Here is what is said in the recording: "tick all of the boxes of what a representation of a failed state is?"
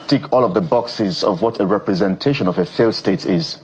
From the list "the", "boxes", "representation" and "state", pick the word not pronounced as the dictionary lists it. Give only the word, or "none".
none